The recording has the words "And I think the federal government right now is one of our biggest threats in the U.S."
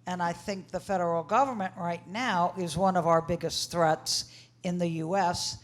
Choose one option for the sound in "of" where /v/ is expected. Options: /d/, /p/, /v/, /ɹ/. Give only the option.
/v/